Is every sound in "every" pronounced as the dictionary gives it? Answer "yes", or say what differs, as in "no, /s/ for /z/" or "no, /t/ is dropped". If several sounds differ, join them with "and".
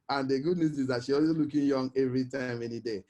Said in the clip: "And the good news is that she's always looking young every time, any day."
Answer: yes